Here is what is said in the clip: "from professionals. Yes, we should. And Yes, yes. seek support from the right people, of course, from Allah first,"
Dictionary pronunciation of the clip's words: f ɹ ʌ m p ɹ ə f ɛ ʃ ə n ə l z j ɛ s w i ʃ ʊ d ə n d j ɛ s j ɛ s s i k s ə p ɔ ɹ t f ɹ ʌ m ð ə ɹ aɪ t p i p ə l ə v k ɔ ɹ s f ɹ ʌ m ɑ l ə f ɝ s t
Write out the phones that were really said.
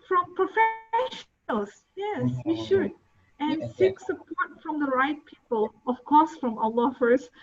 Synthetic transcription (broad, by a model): f ɹ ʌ m p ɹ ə f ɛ ə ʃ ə l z j ɛ s w i ʃ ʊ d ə n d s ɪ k s ə p ɔ ɹ t f ɹ ʌ m ð ə ɹ aɪ t p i p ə l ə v k ɔ ɹ s f ɹ ʌ m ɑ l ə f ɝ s